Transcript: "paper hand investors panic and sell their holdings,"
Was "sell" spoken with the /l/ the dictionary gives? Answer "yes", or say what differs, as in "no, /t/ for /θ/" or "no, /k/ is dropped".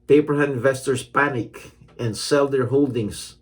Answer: yes